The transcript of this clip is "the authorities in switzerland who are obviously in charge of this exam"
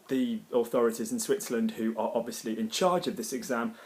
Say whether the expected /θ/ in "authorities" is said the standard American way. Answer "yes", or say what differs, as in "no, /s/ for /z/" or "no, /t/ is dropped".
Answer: yes